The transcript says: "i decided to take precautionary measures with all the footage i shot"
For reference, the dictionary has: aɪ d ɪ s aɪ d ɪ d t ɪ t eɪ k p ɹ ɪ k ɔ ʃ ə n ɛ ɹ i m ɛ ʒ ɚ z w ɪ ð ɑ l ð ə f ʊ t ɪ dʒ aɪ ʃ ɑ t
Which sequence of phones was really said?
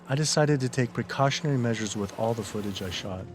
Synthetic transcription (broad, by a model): aɪ d ɪ s aɪ d ɪ d t ɪ t eɪ k p ɹ ɪ k ɔ ʃ ə n ɛ ɹ i m ɛ ʒ ɚ z w ɪ ð ɑ l ð ə f ʊ t ɪ dʒ aɪ ʃ ɑ t